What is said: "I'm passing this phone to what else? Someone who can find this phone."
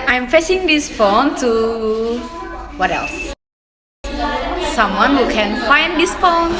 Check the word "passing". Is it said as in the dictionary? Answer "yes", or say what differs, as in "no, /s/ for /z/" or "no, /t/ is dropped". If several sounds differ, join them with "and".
no, /f/ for /p/